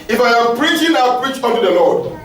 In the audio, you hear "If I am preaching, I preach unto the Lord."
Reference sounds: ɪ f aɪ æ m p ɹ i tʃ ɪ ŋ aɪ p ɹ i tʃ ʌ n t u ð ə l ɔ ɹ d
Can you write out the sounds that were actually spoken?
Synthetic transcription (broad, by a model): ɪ f aɪ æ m p ɹ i tʃ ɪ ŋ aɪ p ɹ i tʃ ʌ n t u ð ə l ɔ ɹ d